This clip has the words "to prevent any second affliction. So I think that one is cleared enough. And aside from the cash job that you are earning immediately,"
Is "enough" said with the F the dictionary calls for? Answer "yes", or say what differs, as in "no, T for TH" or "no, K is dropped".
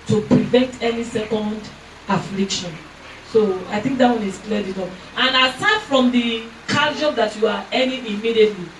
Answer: no, P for F